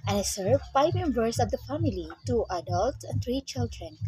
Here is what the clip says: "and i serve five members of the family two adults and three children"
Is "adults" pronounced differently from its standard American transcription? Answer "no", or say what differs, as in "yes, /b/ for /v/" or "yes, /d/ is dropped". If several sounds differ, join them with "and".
no